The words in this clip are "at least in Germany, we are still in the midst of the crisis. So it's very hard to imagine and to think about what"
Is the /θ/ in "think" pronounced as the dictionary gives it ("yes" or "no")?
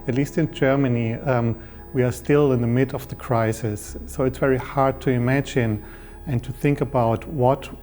yes